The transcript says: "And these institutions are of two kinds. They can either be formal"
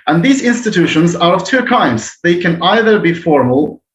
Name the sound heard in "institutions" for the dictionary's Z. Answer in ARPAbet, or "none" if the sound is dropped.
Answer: Z